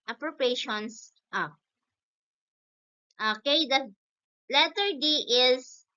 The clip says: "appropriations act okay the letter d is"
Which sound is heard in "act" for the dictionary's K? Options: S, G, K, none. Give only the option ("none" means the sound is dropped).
none